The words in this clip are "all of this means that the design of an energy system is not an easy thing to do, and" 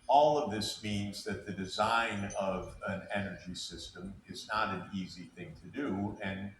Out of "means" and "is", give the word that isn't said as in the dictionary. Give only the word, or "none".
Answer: none